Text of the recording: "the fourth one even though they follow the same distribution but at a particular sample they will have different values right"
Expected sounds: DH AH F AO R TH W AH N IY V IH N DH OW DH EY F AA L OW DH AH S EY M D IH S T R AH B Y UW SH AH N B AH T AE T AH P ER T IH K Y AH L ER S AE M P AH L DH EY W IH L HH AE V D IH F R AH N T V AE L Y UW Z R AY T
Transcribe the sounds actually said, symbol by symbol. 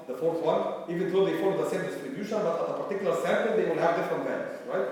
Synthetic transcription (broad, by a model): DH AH F AO R TH W AH N IY V IH N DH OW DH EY F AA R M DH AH S EY M D IH S T R AH B Y UW SH AH N B AH T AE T AH P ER T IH K Y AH L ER S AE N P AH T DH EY W IH L HH AE V D IH F R AH N T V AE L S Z R AY T